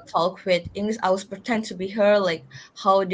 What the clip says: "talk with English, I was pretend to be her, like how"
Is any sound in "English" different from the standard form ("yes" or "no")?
yes